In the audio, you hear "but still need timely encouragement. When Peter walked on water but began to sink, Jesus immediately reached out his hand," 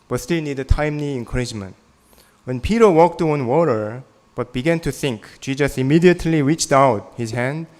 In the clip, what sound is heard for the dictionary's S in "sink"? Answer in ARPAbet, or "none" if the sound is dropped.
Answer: TH